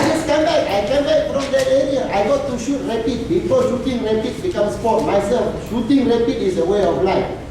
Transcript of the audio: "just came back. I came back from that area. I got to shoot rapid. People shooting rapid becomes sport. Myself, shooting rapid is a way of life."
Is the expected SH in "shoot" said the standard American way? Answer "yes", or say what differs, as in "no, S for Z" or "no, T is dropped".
yes